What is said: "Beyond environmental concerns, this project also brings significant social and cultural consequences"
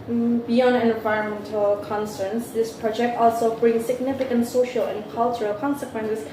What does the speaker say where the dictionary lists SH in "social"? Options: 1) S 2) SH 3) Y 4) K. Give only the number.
2